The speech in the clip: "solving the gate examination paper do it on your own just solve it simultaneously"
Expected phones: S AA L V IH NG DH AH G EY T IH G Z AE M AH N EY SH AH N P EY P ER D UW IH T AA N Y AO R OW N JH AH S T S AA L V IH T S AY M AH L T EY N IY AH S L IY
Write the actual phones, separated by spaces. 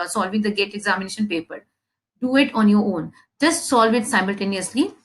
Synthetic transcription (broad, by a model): S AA L V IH NG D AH G EY T IH G Z AE M AH N EY SH AH N P EY P ER D UW IH T AA N Y AO R OW N JH AH S T S AA L V IH T S AY M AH L T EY N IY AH S L IY